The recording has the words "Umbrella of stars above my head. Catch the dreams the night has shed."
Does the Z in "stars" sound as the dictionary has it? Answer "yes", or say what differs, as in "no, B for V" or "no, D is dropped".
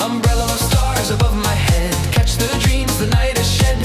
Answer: yes